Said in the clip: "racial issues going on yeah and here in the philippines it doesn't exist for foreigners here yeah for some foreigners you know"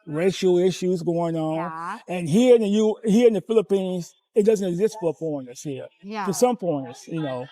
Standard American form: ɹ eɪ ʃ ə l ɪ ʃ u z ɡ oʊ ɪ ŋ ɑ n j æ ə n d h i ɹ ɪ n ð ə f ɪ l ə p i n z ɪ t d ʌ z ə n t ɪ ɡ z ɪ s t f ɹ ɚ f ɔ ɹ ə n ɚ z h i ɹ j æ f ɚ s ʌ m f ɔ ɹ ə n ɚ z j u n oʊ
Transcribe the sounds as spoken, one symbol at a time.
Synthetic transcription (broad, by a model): ɹ eɪ ʃ l ɪ ʃ u z ɡ oʊ ɪ ŋ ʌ n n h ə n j h i ɹ ɪ n ð ə f ɪ l ə p i n z ɪ t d ʌ z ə n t ɪ ɡ z ɪ s t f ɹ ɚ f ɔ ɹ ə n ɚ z h i ɹ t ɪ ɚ s ʌ m p ɔ ə n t j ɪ n oʊ